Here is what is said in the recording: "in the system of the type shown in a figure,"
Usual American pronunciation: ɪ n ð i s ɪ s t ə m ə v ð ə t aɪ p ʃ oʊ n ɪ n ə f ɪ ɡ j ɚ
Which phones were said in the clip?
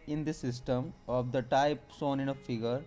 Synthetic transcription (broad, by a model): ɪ n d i s ɪ s t ə m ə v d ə t aɪ p s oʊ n ɪ n ə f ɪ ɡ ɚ